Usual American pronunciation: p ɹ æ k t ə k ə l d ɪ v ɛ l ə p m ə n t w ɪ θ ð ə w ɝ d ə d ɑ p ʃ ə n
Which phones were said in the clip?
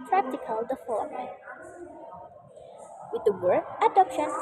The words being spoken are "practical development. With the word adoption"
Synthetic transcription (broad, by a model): p ɹ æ k t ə k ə l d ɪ f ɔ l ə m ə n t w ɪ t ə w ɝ ə d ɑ p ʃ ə n